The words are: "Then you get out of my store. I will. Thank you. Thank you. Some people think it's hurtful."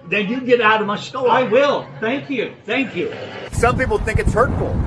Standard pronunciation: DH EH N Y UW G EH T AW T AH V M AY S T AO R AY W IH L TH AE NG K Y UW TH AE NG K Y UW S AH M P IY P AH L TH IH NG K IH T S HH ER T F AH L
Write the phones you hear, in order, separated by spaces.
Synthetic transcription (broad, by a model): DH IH N Y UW G EH T AW T AH V M AY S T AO AY W IH L TH AE NG K Y UW TH AE NG K Y UW S AH M P IY P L TH IH NG K IH T S HH ER T F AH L